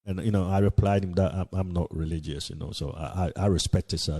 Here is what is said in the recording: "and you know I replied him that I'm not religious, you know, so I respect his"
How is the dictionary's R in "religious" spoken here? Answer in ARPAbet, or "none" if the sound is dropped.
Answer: R